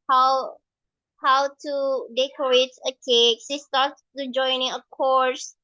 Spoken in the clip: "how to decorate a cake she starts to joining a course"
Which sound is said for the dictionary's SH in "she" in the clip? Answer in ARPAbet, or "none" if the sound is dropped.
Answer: S